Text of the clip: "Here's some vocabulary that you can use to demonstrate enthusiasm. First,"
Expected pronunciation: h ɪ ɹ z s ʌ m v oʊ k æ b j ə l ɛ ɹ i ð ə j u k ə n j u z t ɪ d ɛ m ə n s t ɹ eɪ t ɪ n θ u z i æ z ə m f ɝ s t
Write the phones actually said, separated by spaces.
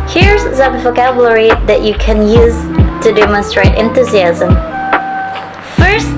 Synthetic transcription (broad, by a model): h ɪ ɹ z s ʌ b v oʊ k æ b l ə ɹ i ð ə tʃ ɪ k ə n j u z t ɪ d ɛ m ə n s t ɹ eɪ t ɪ n θ u z i æ z ə m f ɝ s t